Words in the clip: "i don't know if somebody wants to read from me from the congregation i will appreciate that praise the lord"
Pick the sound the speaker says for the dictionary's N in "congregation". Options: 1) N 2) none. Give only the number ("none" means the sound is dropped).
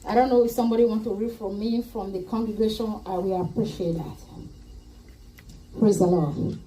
1